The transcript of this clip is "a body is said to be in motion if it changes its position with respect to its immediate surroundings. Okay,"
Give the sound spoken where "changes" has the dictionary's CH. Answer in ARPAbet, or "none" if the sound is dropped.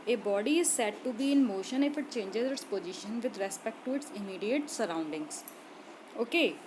CH